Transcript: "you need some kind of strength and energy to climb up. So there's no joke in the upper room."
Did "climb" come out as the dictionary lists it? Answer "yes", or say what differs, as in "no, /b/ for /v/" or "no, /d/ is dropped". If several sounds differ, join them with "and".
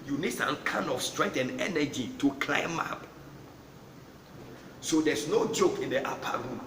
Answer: yes